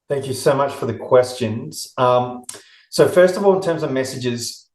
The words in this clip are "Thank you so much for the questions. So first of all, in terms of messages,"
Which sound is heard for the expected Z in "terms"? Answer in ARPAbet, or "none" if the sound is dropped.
Z